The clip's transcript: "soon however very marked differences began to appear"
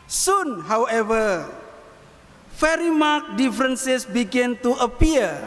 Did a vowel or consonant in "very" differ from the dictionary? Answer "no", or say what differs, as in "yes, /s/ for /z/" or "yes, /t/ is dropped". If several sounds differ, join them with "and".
yes, /f/ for /v/